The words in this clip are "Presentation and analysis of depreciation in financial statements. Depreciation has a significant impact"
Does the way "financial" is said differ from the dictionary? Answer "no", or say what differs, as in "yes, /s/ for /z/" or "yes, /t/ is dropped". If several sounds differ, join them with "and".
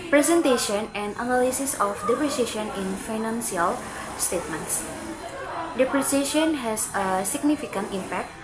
yes, /s/ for /ʃ/